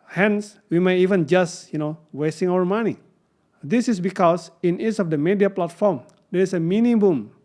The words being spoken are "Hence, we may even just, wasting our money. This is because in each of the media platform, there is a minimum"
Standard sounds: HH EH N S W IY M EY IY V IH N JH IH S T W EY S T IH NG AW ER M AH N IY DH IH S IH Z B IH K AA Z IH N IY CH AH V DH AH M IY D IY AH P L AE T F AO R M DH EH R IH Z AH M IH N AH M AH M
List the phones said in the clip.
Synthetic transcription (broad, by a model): HH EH N S W IY M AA IY V IH N JH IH S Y W EY S T IH NG AW ER M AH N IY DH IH S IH S B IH K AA S IH N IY S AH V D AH M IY D IY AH P L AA T F AO R M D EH R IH S AH M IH N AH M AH M